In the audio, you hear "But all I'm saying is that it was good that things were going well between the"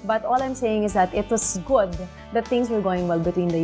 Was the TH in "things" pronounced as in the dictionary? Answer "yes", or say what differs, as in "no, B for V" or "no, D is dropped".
no, T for TH